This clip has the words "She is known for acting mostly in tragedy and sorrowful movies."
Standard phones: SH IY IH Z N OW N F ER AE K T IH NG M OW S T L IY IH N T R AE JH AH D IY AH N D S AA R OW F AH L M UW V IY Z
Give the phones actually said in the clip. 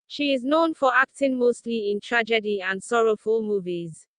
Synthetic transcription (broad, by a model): SH IY IH Z N OW N F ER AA K T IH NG M OW S T L IY IH N T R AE JH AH D IY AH N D S AA R OW F AH L M UW V IY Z